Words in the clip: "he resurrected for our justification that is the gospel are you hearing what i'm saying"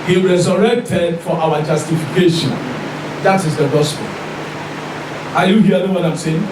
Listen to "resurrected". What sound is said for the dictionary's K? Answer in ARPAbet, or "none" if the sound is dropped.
K